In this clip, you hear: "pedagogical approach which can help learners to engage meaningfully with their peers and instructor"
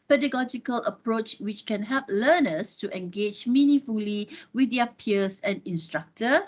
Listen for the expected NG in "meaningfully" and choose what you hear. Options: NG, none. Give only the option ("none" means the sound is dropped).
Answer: none